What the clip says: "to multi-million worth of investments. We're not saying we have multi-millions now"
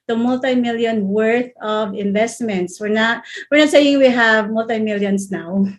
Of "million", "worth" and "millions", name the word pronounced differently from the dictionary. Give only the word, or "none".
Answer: millions